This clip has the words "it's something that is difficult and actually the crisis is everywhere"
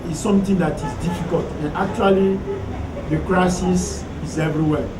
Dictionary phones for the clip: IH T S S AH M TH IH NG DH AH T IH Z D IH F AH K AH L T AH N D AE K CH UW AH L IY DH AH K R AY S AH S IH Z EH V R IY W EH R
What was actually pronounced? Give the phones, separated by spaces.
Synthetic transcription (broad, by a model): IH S S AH M T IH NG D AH T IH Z D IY F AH K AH L T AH N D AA K CH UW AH L IY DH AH K R AY S AH S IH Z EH V R IY W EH